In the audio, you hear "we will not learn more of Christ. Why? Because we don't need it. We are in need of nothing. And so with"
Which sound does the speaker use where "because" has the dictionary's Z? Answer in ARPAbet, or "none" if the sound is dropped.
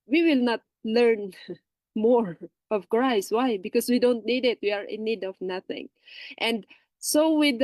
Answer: S